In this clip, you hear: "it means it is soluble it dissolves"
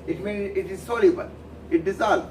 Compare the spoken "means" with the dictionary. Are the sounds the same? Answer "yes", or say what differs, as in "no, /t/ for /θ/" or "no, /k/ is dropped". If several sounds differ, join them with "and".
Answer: no, /z/ is dropped